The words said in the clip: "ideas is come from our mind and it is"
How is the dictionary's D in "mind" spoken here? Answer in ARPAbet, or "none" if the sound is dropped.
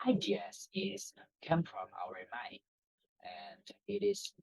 none